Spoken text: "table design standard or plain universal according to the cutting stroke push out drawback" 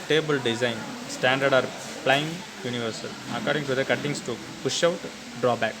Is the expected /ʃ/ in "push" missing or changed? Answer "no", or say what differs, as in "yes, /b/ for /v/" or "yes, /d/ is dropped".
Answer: no